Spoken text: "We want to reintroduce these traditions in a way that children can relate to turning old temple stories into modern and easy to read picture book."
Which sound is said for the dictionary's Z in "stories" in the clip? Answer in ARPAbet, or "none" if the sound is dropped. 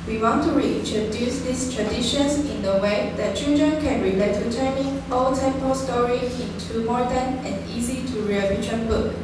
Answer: none